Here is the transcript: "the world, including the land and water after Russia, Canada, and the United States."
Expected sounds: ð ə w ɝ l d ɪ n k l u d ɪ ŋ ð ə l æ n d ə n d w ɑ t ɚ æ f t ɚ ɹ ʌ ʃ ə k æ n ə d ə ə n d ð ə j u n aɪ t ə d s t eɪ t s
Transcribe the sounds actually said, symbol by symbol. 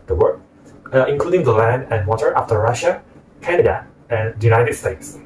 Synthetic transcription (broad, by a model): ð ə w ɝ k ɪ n k l u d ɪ ŋ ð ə l æ n d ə n w ɑ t ɚ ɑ f t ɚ ɹ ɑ ʃ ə k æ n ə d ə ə n j u n aɪ t ə d s t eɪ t s